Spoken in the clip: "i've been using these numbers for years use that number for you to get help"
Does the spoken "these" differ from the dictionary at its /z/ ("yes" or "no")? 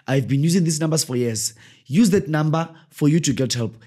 yes